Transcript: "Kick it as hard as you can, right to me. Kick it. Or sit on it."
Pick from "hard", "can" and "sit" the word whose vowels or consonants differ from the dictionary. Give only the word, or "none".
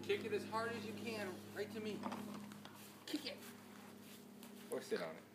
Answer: none